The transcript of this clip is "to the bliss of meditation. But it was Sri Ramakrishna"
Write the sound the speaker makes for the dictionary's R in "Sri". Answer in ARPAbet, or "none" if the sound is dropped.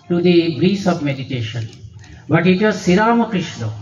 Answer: none